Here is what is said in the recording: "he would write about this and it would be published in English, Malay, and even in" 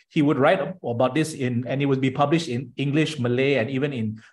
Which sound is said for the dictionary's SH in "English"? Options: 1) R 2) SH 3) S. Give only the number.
2